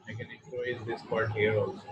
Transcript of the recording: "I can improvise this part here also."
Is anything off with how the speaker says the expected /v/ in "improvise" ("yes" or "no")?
yes